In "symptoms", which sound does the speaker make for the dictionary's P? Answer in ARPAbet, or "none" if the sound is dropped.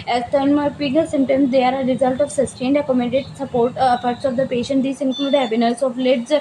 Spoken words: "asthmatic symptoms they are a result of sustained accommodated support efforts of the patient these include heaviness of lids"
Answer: none